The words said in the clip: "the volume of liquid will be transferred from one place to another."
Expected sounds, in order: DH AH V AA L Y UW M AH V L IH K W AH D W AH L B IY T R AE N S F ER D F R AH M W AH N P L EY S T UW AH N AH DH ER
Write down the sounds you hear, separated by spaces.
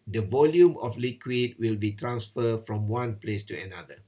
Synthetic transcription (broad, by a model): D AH V AA L Y UW M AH F L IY K W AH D W AH L B IY T R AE N S F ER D F R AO M W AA N P L EY S T UW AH N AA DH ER